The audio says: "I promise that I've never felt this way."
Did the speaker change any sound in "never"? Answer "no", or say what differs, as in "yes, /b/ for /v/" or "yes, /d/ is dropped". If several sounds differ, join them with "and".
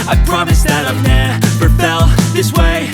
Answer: yes, /p/ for /v/